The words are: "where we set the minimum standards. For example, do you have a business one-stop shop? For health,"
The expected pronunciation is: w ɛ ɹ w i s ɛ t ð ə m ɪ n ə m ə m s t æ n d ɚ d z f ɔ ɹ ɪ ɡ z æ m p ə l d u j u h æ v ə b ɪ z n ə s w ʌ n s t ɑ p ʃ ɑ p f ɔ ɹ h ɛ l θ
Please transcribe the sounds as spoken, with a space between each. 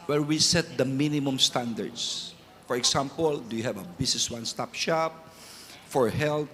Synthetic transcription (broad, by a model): w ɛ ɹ w i s ɛ t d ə m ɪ n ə m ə m s t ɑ n d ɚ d s f ɔ ɹ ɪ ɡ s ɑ m p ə l d u j u h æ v ə b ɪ s n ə s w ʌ n s t ɑ p ʃ ɑ p f ɔ ɹ h ɛ l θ